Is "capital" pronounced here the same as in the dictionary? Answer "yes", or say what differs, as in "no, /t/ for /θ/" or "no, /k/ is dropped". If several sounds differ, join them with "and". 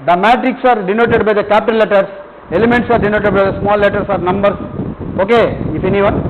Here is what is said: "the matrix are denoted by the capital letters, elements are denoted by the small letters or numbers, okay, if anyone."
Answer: no, /n/ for /l/